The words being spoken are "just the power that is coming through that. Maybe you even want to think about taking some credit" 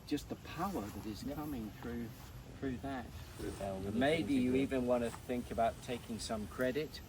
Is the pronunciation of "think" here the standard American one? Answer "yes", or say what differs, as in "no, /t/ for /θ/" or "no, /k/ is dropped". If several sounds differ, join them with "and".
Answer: yes